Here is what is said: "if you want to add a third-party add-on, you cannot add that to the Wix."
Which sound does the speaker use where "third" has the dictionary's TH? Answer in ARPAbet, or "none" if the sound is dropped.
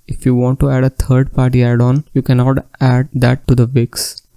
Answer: T